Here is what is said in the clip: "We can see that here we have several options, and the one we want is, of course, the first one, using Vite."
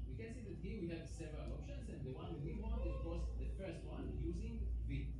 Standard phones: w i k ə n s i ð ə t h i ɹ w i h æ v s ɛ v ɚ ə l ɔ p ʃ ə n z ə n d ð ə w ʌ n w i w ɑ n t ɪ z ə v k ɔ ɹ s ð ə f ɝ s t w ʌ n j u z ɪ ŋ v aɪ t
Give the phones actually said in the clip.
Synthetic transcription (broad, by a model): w i k ə n s i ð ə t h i w i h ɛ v s ɛ v ɚ ə l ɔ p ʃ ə n s ə n d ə w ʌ n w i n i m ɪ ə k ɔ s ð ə f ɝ s t w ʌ n j u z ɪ ŋ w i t